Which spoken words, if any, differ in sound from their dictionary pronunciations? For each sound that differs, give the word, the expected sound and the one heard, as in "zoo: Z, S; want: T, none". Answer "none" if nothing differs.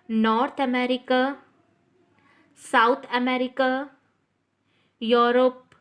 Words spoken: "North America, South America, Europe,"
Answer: south: TH, T